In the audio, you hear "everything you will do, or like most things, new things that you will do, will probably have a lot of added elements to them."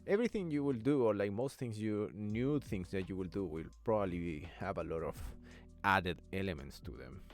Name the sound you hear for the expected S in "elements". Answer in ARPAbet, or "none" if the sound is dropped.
S